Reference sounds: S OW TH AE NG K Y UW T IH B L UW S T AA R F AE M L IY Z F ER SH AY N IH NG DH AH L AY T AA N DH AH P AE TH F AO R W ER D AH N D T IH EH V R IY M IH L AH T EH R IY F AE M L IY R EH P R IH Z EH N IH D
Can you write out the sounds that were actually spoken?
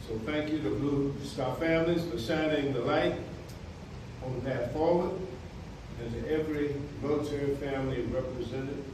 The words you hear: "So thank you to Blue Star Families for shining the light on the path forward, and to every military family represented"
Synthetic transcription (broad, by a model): S OW TH AE NG K Y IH T IH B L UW S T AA F AE M L IY Z F ER S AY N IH NG DH AH L AY T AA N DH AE T F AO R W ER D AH N T IH EH V R IY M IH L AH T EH R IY F AE M L IY R EH P R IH Z EH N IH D